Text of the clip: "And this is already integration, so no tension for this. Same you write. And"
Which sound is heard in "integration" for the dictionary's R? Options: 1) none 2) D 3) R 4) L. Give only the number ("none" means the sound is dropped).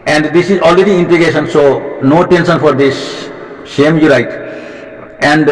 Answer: 1